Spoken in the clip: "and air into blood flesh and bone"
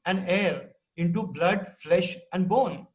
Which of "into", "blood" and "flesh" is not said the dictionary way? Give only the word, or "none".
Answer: none